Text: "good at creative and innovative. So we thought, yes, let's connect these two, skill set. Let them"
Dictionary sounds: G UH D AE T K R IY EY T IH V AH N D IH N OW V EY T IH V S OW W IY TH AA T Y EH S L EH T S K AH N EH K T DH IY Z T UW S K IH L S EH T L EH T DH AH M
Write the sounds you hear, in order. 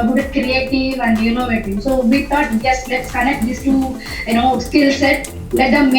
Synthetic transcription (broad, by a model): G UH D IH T K R IY EY T IH V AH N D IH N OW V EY T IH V S OW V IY T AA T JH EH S L EH T S K AH N EH K T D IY S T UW S K IH L S EH T L EH T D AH M